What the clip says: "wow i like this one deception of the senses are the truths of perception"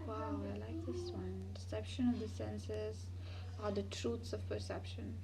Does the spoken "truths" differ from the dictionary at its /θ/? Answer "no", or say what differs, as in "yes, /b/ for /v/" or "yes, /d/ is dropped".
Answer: yes, /t/ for /θ/